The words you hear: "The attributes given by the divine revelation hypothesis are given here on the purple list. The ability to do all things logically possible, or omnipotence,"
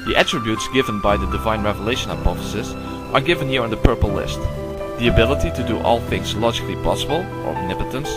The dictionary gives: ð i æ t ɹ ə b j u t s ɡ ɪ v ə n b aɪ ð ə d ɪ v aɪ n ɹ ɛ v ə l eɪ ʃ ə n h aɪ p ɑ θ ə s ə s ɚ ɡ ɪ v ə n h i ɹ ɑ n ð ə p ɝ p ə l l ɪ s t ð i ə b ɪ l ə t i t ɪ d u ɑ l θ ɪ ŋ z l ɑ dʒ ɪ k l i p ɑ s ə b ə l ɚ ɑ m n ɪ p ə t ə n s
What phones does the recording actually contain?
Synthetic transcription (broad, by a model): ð i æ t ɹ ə b j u t s ɡ ɪ v ə n b aɪ ð ə d ɪ v aɪ n ɹ ɛ v ə l eɪ ʃ ə n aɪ p ɑ f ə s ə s ɚ ɡ ɪ v ə n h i ɹ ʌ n ð ə p ɝ p l l ɪ s t ð i ə b ɪ l ə t i t ɪ d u ɑ l θ ɪ ŋ z l ɑ dʒ ɪ k l i p ɑ s ə b ə l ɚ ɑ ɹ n ɪ p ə t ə n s